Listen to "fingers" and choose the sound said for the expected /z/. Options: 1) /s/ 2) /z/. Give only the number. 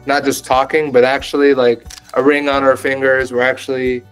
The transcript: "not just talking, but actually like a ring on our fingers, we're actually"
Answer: 2